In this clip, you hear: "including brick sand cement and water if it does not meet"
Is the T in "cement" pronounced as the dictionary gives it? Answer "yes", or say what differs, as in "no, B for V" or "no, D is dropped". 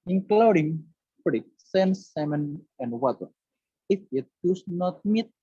no, T is dropped